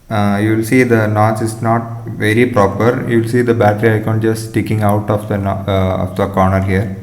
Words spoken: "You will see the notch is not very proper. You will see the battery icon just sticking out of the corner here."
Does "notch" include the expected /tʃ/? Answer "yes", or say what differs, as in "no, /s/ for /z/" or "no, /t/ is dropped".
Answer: no, /s/ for /tʃ/